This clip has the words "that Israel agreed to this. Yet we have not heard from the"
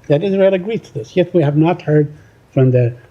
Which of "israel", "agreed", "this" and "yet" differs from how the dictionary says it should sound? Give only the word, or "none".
none